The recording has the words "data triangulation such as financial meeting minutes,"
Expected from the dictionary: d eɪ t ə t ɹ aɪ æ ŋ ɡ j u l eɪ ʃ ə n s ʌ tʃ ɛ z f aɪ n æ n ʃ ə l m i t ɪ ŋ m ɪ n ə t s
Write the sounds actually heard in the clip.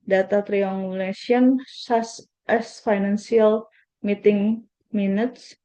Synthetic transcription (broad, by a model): d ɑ t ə t ɹ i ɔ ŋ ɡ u l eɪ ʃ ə n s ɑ s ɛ s f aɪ n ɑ n s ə l m i t ɪ ŋ m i n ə t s